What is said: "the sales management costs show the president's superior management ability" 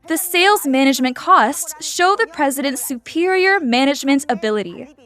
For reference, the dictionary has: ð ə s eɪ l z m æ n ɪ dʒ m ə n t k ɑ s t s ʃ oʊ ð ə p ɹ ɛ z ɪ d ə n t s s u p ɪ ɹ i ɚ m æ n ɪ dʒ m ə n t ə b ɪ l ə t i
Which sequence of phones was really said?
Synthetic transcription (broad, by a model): ð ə s eɪ l z m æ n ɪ dʒ m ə n k ɑ s t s ʃ oʊ ð ə p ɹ ɛ z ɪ d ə n t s s u p ɪ ɹ i ɚ m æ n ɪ dʒ m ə n t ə b ɪ l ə t i